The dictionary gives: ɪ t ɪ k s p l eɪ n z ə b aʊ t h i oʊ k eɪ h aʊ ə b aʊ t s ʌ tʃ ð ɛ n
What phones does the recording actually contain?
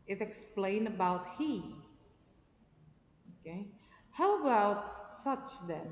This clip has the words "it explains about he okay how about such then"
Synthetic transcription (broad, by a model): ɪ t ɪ k s p l eɪ n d ə b aʊ t h i oʊ k eɪ h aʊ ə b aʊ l s ʌ tʃ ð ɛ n